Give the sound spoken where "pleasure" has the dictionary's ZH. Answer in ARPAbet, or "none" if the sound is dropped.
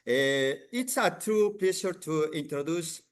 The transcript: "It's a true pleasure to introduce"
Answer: SH